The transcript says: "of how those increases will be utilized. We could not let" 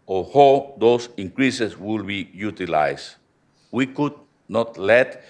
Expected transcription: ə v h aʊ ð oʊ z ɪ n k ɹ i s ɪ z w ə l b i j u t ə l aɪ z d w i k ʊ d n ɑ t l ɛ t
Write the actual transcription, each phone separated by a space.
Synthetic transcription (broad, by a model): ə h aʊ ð oʊ s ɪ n k ɹ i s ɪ s w ə l b i j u t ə l aɪ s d w i k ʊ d n ɑ t l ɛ t